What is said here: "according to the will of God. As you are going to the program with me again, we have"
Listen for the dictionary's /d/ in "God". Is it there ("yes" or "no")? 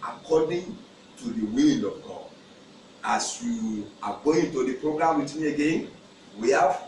no